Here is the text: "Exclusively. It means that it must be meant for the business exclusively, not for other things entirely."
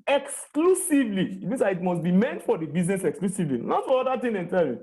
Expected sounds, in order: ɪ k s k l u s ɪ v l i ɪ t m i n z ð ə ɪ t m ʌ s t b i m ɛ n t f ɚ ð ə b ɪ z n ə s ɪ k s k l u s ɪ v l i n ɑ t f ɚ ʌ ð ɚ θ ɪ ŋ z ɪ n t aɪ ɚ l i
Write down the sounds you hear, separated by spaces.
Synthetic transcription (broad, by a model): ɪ k s k l u s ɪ v l i ɪ t m i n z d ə ɪ t m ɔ s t b i m ɛ n t f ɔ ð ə b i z n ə s ɪ k s k l u s ɪ v l i n ɑ t f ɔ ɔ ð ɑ t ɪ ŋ ɪ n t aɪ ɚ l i